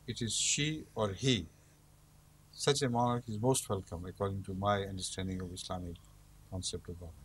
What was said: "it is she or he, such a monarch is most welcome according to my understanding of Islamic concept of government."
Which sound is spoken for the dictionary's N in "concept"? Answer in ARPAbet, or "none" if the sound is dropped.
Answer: N